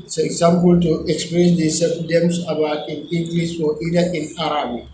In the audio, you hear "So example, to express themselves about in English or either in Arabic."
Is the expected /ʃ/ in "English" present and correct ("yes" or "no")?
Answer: no